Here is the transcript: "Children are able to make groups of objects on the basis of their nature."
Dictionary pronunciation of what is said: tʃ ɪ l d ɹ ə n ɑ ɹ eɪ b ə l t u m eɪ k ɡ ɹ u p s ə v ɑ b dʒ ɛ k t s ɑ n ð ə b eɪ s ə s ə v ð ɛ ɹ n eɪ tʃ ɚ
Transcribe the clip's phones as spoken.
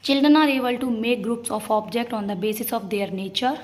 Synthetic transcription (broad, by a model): tʃ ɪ l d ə n ɑ ɹ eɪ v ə l t u m eɪ k ɡ ɹ u p s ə f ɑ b dʒ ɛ k t ɑ n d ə b eɪ s ə s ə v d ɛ ɹ n eɪ tʃ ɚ